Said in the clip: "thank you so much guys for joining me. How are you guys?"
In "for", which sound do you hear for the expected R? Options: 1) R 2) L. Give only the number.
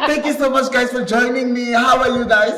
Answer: 1